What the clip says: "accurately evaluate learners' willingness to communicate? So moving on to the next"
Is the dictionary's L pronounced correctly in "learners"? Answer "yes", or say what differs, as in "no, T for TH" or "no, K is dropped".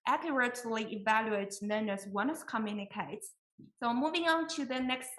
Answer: no, N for L